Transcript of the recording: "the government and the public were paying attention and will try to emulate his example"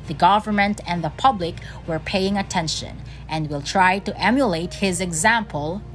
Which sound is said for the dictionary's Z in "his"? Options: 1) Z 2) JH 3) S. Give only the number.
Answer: 1